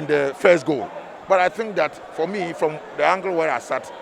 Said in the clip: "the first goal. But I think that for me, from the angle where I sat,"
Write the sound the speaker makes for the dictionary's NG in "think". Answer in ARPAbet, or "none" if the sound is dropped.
NG